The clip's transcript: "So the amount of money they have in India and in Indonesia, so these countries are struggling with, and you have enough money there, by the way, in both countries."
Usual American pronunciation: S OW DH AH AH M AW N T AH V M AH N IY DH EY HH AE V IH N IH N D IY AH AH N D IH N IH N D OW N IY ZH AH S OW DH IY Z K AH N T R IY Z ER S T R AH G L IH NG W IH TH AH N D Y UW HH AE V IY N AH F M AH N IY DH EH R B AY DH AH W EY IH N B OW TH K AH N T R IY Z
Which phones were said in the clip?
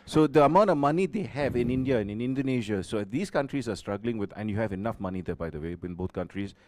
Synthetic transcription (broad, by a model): S OW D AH AH M AW N T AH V M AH N IY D EY HH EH V IH N IH N D IY AH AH N IH N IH N D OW N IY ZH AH S OW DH IY S K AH N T R IY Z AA S T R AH G L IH NG W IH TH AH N Y UW HH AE V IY N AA F M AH N IY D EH B AY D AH W EY IH N B OW T K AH N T R IY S